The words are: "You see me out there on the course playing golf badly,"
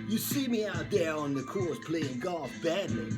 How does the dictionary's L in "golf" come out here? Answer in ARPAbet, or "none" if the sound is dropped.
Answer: none